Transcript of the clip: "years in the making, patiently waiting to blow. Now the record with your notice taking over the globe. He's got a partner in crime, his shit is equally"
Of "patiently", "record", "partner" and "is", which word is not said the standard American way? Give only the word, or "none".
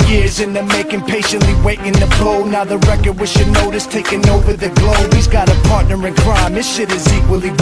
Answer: none